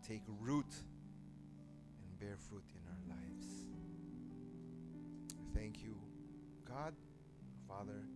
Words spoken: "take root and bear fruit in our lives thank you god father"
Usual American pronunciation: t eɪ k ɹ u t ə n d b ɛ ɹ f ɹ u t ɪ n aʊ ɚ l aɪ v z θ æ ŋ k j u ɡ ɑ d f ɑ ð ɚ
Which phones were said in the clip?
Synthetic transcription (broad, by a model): t eɪ k ɹ u t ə n b ɛ ɹ f ɹ u t ɪ n aʊ ɚ l aɪ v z θ æ ŋ k j u ɡ ɑ d f ɑ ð ɚ